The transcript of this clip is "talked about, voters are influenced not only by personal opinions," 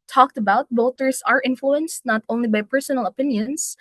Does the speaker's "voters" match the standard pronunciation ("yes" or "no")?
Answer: no